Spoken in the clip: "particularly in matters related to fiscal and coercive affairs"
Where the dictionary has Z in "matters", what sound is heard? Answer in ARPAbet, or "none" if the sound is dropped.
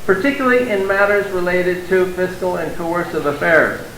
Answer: Z